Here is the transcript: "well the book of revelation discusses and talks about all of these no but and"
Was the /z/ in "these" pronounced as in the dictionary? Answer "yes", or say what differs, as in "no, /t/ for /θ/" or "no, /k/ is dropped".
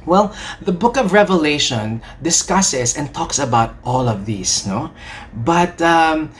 no, /s/ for /z/